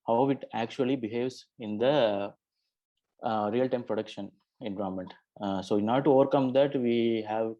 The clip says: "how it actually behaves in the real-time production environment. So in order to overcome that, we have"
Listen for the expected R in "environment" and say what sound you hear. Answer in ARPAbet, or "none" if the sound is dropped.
none